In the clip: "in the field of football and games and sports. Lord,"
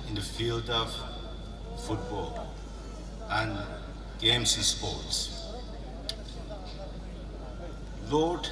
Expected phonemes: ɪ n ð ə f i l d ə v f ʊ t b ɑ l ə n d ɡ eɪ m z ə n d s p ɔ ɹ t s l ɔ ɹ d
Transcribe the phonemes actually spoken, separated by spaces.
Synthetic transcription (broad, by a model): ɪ n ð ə f i l d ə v f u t b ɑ l ə n d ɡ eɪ m s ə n s p ɔ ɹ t s l ɔ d